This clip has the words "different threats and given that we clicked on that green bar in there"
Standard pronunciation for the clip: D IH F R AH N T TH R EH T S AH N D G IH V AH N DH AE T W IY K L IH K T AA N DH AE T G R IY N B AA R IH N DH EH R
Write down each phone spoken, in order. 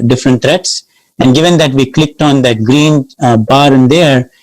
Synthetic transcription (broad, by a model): D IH F R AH N T T R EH T S AH N D G IH V AH N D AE T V IY K L IH K T AA N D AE T G R IY N B AA R IH N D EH R